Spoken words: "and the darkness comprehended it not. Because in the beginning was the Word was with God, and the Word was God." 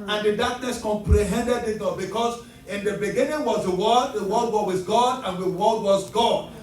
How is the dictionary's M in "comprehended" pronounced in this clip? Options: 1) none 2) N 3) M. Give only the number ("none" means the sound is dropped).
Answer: 3